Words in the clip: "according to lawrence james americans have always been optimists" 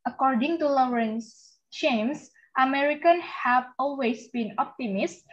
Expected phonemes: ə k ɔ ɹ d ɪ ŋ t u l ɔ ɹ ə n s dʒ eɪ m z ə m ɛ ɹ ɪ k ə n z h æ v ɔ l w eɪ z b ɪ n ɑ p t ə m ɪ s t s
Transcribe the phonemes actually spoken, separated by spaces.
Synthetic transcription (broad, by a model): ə k ɔ ɹ d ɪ ŋ t u l ɔ ɹ ə n s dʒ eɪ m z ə m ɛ ɹ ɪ k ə n h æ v ɔ l w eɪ s b ɪ n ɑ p t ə m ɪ s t